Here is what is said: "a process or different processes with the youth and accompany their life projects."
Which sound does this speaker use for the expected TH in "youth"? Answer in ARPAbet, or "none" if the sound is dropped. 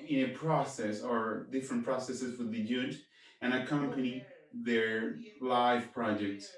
T